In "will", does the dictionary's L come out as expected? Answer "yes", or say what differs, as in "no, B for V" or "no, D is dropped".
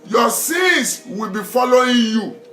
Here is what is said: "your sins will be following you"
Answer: yes